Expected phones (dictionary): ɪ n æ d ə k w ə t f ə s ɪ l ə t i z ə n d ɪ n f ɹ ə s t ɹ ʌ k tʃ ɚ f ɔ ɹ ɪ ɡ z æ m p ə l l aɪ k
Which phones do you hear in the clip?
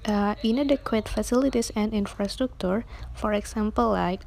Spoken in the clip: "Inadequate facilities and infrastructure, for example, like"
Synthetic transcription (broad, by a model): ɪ n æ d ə k w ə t f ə s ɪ l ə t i s ə n d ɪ n f ɹ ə s t ɹ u k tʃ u f ɔ ɹ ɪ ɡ s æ m p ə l l aɪ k